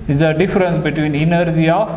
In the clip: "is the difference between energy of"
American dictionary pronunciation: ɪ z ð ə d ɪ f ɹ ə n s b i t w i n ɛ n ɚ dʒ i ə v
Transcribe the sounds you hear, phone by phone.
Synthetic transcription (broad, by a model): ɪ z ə d ɪ f ɹ ə n s b i t w i n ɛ n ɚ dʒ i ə